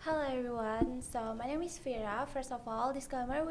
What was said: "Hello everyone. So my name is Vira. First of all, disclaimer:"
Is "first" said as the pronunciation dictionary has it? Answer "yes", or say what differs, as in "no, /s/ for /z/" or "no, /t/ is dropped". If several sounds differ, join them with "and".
yes